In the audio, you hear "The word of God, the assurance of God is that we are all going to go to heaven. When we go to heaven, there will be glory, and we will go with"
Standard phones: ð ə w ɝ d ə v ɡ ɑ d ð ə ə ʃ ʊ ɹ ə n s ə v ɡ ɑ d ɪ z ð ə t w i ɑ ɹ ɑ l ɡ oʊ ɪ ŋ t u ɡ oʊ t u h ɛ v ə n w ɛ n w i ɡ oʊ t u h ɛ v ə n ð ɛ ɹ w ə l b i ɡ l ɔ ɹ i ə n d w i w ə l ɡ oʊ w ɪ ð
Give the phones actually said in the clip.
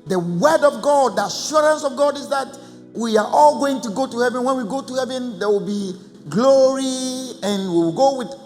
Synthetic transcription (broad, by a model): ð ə w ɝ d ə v ɡ ɑ d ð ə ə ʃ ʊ ɹ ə n s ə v ɡ ɑ d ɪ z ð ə t w i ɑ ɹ ɑ l ɡ oʊ ɪ ŋ t u ɡ oʊ t u h ɛ v ə n w ɛ n w i ɡ oʊ t u h ɛ v ə n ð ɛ w ə l b i ɡ l ɔ ɹ i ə n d w i w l ɡ oʊ w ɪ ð